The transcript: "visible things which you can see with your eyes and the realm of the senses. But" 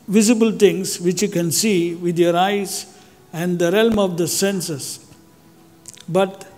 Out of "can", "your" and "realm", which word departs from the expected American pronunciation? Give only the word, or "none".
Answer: none